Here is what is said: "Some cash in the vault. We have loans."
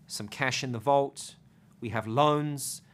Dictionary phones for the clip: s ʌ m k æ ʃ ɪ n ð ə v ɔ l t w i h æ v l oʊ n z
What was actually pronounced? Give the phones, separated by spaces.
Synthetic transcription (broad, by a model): s ʌ m k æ ʃ ɪ n ð ə v ɔ l t w i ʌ v l oʊ n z